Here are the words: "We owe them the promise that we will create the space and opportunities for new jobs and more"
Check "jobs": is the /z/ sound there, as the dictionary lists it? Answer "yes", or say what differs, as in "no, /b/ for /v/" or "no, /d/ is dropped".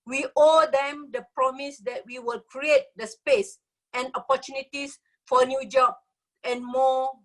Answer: no, /z/ is dropped